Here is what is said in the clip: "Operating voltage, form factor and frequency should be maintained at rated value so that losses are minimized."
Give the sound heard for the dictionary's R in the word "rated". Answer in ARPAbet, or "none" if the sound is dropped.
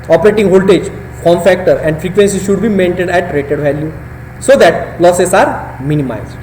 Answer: R